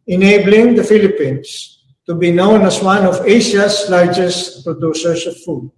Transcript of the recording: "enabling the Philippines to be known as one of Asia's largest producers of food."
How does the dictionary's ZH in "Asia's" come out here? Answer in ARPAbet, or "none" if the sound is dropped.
S